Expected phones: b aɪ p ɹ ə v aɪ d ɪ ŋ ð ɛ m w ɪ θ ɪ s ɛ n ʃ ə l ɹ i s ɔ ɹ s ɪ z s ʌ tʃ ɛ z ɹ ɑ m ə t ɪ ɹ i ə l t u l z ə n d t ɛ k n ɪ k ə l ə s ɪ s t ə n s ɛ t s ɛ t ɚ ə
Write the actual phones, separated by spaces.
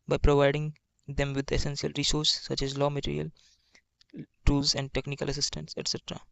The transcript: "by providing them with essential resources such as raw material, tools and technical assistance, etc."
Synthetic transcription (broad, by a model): b aɪ p ɹ ə v aɪ d ɪ ŋ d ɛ m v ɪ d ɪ s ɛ n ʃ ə l ɹ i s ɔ ɹ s s ʌ tʃ ɛ z l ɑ m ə t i ɹ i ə l t u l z ə n d t ɛ k n ɪ k ə l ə s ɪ s t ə n s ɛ t s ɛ t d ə